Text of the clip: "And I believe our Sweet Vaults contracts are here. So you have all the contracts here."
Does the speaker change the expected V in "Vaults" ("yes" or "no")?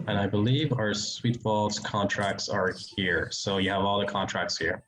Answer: yes